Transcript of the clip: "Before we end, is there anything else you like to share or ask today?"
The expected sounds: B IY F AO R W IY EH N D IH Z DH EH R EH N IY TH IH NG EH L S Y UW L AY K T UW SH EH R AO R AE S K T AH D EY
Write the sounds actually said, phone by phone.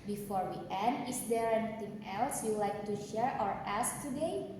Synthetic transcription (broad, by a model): B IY F AO R W IY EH N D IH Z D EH R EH N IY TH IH NG EH L S Y UW L AY K T UW SH EH R AO R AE S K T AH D EY